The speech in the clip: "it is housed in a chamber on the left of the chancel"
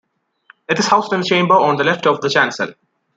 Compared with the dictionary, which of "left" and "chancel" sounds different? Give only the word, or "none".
none